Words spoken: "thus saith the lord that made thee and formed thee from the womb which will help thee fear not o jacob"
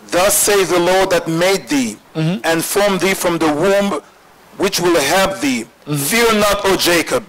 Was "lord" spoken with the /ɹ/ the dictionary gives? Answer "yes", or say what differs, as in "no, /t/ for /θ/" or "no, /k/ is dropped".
yes